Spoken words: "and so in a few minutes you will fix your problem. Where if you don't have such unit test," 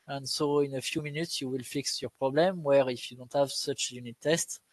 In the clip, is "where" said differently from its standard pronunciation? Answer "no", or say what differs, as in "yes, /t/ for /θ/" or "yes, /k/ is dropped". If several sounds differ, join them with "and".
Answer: no